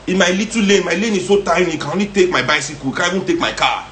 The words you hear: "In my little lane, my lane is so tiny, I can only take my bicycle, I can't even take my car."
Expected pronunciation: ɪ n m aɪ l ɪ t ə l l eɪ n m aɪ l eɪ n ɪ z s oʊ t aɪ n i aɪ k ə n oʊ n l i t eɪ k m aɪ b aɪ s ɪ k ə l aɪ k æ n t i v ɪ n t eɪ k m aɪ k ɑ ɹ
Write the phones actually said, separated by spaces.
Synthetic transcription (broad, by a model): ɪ m aɪ l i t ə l l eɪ m aɪ l eɪ n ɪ s oʊ t aɪ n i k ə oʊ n i t eɪ k m aɪ b aɪ s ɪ k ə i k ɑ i b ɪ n t eɪ k m aɪ k ɑ